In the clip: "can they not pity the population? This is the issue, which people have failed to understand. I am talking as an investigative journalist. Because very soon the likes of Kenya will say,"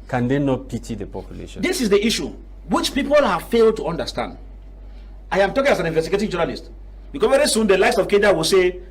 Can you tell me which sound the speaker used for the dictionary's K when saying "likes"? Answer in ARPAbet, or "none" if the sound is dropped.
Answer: none